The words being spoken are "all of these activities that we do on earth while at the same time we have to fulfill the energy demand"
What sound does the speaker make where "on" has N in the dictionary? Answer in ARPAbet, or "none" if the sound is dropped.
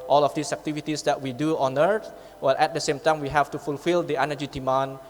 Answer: N